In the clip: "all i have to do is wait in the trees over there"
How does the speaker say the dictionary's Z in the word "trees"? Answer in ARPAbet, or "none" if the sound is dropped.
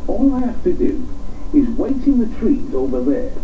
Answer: Z